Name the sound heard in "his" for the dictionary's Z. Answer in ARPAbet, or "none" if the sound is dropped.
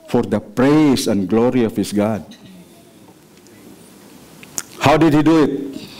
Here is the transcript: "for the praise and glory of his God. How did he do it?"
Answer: S